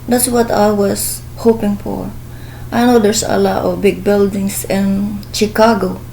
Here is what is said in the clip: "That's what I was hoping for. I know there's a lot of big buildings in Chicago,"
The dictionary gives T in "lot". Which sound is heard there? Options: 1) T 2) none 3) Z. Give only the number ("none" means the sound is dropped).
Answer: 1